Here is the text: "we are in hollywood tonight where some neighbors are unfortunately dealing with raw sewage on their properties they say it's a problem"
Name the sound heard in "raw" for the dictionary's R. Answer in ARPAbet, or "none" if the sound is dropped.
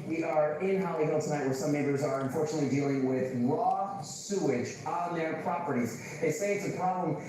L